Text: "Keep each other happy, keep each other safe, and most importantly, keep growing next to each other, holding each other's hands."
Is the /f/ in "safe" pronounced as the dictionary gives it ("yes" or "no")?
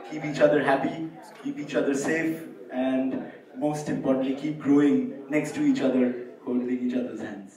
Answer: yes